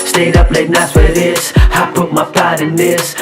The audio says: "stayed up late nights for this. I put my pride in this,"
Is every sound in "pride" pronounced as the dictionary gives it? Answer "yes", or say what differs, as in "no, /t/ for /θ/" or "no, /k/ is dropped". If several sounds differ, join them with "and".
no, /ɹ/ is dropped